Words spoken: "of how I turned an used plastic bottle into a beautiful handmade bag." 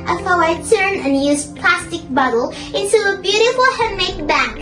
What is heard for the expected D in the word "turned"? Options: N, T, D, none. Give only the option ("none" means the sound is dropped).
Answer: none